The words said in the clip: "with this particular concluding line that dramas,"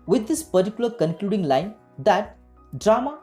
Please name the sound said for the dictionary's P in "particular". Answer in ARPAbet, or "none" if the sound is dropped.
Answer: P